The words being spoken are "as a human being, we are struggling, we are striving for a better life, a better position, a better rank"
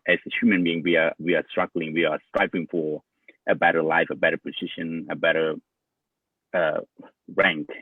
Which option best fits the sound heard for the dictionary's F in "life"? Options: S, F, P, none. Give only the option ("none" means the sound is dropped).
F